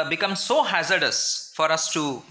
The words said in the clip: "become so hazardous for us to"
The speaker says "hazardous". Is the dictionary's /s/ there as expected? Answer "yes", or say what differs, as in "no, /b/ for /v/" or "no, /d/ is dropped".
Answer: yes